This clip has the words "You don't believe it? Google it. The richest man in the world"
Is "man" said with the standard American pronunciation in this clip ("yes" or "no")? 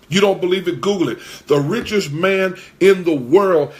yes